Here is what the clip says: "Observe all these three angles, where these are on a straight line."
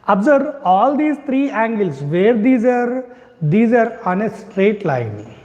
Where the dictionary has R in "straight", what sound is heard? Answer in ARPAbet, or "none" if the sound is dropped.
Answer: R